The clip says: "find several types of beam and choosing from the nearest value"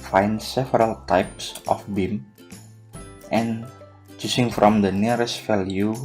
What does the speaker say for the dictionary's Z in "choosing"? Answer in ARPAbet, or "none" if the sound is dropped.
S